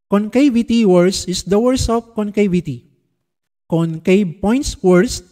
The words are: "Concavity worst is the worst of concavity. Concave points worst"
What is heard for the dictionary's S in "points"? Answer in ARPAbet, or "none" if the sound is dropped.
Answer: S